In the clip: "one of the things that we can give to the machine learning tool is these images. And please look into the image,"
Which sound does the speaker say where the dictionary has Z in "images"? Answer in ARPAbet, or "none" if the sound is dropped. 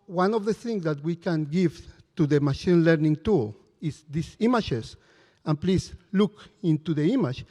S